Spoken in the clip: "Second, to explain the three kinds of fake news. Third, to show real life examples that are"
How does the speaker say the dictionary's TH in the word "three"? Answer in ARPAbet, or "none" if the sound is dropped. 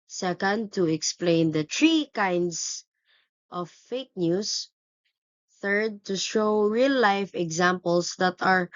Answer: T